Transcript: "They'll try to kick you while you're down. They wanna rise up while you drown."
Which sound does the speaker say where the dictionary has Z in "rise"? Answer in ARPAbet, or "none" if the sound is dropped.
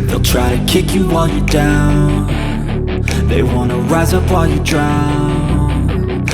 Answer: Z